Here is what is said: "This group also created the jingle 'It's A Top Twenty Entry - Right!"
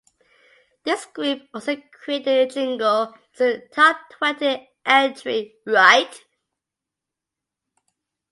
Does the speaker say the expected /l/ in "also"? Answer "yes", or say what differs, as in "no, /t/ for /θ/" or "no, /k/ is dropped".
no, /l/ is dropped